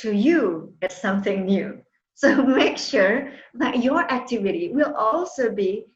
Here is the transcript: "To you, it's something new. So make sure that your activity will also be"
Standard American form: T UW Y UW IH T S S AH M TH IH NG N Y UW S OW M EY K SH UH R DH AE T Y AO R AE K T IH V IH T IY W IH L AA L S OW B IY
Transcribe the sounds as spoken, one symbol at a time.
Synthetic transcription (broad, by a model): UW Y UW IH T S S AH M TH IH NG N Y UW S OW M EY K SH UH R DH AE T Y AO R AE K T IH V IH T IY W IH L AA L S OW B IY